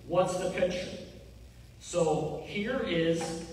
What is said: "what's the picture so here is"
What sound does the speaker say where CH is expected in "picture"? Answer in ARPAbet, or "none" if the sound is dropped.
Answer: SH